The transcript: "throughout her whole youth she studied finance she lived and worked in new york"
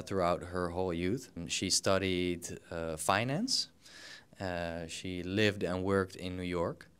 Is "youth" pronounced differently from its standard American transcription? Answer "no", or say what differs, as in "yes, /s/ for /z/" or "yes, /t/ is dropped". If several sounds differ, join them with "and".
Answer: no